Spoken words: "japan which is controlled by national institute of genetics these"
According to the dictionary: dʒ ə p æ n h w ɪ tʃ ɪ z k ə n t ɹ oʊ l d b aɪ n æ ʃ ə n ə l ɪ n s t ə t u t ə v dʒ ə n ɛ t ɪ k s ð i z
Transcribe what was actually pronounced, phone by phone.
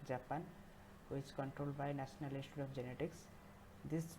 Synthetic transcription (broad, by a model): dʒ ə p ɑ n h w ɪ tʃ k ə n t ɹ oʊ l d b aɪ n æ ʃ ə n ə l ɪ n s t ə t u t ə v dʒ ə n ɛ t ɪ k s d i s